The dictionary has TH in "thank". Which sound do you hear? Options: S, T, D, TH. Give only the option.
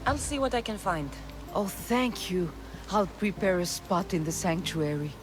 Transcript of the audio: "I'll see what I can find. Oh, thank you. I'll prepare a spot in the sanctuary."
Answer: TH